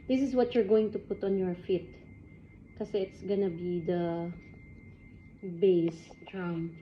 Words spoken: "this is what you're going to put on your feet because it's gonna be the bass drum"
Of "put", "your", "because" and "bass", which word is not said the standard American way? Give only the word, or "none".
because